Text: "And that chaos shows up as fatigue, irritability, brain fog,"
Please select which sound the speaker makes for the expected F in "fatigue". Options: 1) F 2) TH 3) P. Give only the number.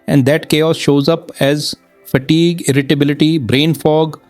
1